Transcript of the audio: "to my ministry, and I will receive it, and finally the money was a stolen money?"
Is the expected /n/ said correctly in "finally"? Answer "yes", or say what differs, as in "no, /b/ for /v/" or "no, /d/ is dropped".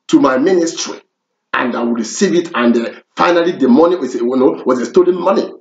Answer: yes